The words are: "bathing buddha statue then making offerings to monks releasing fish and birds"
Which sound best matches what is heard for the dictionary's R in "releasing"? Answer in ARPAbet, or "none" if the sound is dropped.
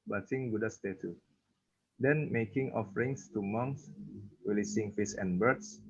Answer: W